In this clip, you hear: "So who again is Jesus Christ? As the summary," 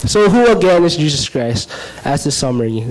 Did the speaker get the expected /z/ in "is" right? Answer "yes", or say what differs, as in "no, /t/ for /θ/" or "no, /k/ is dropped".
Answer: yes